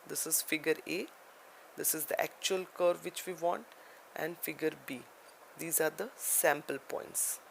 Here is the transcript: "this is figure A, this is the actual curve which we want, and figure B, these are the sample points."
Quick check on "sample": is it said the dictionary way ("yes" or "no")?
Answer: yes